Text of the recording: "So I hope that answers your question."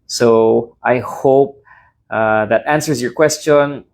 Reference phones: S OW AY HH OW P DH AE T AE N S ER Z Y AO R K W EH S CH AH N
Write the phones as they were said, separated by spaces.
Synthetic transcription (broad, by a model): S OW AY HH OW P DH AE T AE N S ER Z Y AO R K W EH S CH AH N